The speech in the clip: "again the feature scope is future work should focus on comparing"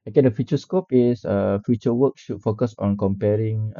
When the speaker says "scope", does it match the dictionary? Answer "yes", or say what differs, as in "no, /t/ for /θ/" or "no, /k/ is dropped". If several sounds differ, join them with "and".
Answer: yes